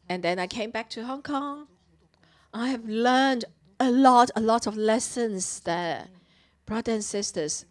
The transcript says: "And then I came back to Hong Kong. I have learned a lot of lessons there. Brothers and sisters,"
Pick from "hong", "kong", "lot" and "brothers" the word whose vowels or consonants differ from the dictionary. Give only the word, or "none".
brothers